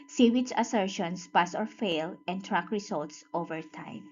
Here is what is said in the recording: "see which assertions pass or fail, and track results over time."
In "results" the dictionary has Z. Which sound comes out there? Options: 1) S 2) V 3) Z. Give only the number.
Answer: 1